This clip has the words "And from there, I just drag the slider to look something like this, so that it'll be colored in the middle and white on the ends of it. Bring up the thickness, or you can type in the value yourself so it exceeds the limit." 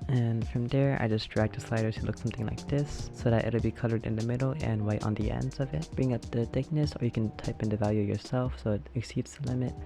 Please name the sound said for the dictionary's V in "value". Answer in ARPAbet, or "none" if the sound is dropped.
V